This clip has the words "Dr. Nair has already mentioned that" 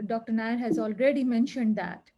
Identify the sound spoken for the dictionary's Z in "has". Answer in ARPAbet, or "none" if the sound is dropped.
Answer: Z